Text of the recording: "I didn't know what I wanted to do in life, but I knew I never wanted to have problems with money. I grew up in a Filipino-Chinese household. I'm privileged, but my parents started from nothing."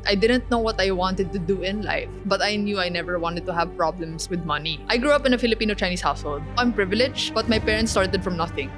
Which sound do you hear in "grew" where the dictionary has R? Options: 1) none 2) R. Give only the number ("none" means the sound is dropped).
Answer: 2